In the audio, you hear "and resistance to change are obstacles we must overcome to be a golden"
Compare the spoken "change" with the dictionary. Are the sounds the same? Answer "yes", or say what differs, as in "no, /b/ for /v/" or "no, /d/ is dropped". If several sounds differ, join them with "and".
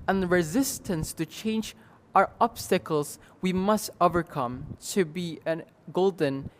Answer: yes